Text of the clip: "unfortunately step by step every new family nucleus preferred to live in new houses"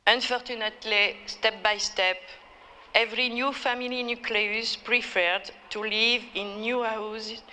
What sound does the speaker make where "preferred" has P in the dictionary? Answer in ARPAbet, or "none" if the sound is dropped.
P